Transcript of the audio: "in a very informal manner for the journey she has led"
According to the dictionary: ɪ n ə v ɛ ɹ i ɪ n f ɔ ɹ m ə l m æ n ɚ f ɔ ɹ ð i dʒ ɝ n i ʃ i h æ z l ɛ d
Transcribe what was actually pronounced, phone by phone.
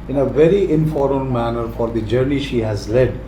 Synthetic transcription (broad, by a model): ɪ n ə v ɛ ɹ i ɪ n f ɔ ɹ ə n m æ n ɚ f ɔ ɹ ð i dʒ ɝ n i ʃ i h æ z l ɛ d